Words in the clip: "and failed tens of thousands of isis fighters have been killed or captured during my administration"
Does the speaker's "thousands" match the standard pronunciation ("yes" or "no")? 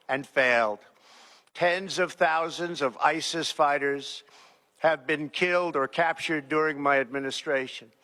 yes